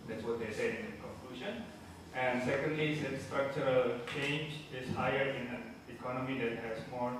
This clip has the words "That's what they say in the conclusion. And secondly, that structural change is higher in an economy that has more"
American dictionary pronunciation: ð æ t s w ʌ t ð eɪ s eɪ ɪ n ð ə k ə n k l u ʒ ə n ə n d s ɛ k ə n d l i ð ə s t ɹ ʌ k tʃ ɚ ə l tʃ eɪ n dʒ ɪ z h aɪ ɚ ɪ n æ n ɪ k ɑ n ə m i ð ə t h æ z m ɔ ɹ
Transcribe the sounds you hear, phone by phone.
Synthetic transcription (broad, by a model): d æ t s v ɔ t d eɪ s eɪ ɪ n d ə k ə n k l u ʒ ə n ə n d s ɛ k ə n d l i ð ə s t ɹ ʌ k tʃ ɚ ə l tʃ eɪ n dʒ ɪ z h aɪ ɚ ɪ n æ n ɪ k ɑ n ə m i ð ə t h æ s m ɔ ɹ